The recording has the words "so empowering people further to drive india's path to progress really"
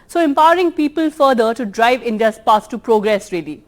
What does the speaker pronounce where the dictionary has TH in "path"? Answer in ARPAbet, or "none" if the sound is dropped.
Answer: S